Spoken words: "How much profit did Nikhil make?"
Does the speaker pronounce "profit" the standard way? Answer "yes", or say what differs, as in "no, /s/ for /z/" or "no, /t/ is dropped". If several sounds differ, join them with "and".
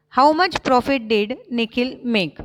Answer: yes